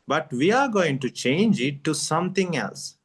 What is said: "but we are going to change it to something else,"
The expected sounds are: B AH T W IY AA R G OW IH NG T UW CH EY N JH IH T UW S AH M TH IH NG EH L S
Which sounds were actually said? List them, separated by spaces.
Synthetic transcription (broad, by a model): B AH T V IY AA R G OW IH NG T UW CH EY N JH IH T UW S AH M T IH NG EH L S